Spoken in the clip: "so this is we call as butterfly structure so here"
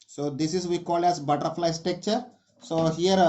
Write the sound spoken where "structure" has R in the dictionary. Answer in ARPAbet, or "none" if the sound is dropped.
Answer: none